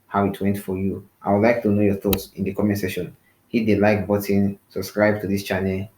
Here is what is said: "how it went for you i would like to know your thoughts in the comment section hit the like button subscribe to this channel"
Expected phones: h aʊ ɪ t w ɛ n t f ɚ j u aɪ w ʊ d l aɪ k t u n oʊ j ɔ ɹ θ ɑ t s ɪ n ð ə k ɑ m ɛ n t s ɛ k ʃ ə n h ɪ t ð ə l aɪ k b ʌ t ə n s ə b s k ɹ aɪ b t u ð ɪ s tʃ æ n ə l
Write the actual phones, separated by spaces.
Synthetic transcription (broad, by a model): h aʊ ɪ t w ɛ n t f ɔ j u aɪ w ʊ d l aɪ k t u n oʊ j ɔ θ ɑ t s ɪ n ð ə k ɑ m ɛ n s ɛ ʃ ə n h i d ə l aɪ k b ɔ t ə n s ə b s k ɹ aɪ b t u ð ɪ s tʃ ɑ n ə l